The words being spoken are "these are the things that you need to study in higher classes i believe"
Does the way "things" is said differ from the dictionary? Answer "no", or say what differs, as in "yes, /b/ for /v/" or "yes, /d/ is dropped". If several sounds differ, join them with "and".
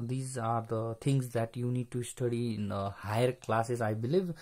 yes, /t/ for /θ/